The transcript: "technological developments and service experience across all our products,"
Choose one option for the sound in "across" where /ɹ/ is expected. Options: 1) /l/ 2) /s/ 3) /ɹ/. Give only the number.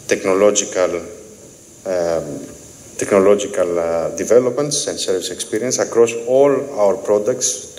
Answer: 3